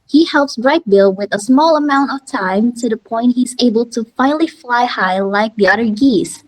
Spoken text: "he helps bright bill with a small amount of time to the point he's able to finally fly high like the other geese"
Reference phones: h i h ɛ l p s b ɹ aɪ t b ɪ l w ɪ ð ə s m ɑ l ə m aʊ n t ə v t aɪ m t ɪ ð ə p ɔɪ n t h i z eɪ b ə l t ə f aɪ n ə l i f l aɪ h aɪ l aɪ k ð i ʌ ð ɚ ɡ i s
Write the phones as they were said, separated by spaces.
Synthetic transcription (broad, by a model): h i h ɛ l p s b ɹ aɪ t b ɪ l w ɪ ð ə s m ɑ l ə m aʊ n t ə v t aɪ m t ɪ ð ə p ɔɪ n t h i z eɪ b ə l t ə f aɪ n l i f l aɪ h aɪ l aɪ k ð i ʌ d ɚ ɡ i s